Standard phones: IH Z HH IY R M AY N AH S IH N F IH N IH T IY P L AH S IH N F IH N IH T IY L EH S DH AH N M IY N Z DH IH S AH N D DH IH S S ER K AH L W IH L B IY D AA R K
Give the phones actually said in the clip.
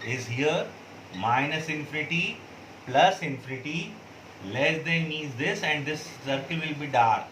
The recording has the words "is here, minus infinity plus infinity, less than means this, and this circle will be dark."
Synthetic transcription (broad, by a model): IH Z HH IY R M AY N AH S IH N F IH N IH T IY P L AH S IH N F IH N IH T IY L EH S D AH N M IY Z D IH S AH N D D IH S S ER K AH L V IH L B IY D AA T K